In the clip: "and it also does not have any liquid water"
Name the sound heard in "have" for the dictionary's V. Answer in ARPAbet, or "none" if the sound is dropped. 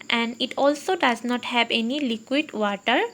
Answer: B